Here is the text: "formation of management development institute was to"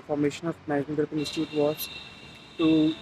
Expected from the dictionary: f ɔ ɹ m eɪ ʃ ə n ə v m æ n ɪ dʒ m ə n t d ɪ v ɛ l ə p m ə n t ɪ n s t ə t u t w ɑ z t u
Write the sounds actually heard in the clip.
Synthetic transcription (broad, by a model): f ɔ ɹ m eɪ ʃ ə n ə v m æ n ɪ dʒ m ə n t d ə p ə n ɪ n s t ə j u t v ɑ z t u